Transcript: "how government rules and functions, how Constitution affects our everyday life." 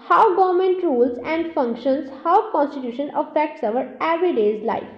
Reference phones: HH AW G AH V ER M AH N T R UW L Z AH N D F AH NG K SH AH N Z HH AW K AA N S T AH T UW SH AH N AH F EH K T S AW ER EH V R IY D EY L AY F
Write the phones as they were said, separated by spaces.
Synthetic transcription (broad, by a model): HH AW G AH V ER M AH N T R UW L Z AH N D F AH NG K SH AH N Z HH AW K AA N S T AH T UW SH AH N AH F EH K T S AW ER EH V R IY D EY L AY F